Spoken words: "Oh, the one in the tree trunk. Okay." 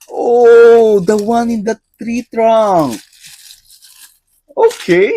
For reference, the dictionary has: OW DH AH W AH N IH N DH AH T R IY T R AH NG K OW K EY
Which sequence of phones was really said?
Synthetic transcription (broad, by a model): OW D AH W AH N IH N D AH T R IY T R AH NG OW K EY